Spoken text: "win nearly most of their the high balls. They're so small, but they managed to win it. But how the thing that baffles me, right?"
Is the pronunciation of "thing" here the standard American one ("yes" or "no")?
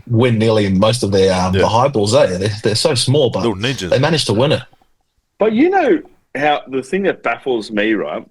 yes